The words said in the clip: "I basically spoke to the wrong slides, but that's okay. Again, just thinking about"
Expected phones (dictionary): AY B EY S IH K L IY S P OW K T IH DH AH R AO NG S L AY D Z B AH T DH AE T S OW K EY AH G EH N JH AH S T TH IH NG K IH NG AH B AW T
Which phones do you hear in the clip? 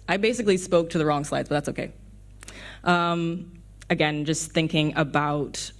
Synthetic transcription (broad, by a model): AY B EY S IH K L IY S P OW K T IH DH AH R AO NG S L AY D Z B AH T DH AE T S OW K EY AH G EH N JH AH S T TH IH NG K IH NG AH B AW T